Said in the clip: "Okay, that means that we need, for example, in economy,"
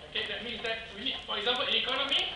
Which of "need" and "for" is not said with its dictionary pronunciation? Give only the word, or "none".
need